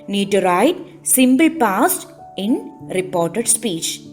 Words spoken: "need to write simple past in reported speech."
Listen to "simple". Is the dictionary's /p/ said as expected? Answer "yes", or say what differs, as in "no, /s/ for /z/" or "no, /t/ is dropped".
no, /b/ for /p/